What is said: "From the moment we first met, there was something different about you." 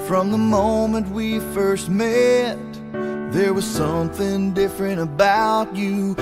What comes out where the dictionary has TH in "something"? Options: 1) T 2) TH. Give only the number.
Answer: 2